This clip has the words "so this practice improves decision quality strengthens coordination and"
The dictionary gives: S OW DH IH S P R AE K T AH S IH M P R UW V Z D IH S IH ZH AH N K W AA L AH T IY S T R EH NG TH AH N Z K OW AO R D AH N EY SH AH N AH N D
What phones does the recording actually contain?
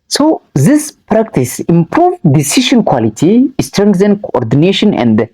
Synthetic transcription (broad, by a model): S OW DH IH S P R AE K T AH S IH M P R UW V D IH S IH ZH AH N K W AA L AH T IY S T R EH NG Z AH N K OW AO R D AH N EY SH AH N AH N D